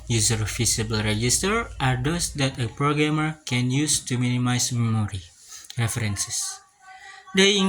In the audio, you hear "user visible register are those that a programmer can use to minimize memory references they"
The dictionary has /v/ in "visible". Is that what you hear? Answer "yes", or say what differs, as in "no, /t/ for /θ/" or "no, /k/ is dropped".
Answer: no, /f/ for /v/